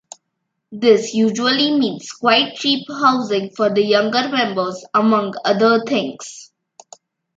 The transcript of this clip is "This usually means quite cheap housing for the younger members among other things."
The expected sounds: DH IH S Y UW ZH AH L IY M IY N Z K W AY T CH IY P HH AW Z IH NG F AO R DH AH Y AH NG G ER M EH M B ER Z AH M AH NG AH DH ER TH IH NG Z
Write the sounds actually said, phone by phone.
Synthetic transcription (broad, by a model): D IH S Y UW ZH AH L IY M IY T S K W AY T CH IY P HH AW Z IH NG F AO R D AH Y AH NG G ER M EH M B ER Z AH M AH NG AH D ER T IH NG S